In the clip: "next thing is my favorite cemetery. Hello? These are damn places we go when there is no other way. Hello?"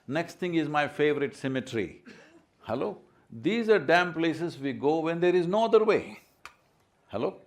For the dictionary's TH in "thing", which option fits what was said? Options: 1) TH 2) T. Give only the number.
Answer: 2